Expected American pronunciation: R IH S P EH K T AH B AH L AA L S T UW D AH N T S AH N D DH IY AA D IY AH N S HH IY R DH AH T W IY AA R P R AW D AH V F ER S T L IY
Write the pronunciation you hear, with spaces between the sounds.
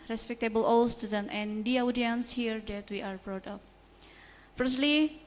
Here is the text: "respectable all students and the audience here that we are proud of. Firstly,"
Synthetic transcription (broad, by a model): R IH S P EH K T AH B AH L AA L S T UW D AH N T AH N D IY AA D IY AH N S HH IY R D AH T W IY AA R B R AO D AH P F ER S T L IY